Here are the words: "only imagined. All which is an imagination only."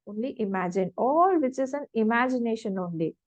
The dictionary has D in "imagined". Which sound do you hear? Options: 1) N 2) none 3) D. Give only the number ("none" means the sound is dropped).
2